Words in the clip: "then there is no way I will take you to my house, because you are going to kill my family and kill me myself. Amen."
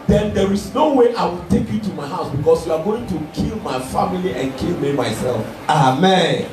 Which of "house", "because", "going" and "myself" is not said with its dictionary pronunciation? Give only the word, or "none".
because